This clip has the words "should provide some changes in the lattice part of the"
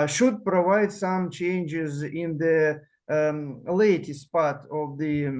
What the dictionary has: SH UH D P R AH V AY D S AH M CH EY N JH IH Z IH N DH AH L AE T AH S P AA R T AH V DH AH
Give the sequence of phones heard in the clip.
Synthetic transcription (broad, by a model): SH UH D P R AH V AY D S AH M CH EY N JH IH Z IH N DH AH L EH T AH S P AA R T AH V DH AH